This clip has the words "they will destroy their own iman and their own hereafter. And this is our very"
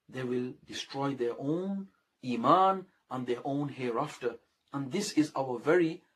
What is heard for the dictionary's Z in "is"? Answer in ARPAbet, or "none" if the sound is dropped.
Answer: Z